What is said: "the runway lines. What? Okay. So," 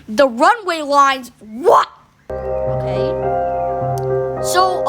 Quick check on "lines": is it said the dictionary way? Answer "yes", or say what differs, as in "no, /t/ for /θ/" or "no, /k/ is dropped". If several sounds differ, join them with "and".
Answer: yes